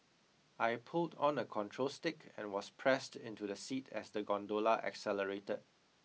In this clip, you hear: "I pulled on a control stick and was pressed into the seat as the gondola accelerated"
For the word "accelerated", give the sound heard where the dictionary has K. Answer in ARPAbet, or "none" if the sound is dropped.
K